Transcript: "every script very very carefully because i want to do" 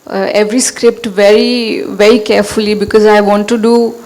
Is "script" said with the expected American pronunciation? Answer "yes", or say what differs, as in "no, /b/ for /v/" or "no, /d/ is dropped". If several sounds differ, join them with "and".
yes